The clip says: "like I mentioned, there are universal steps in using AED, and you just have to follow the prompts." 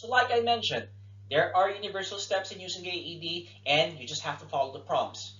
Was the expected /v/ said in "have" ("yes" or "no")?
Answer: no